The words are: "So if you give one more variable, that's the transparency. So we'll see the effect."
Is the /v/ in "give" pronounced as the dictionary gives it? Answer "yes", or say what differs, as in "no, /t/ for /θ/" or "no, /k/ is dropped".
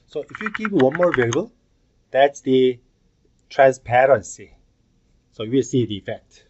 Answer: no, /p/ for /v/